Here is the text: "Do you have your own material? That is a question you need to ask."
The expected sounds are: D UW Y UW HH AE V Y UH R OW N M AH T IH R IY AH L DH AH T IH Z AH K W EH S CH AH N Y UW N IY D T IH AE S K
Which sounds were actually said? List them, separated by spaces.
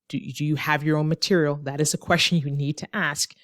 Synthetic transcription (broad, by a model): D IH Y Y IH V Y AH R OW N M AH T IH R IY L DH AH T IH Z AH K W EH S CH AH N Y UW N IY D T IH AE S K